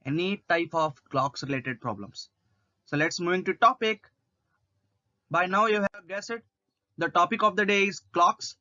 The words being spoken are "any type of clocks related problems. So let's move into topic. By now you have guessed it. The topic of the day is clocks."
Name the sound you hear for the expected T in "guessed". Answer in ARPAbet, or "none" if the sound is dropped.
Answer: none